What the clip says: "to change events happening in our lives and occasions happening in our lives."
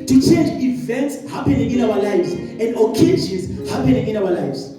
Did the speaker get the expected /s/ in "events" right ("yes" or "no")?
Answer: yes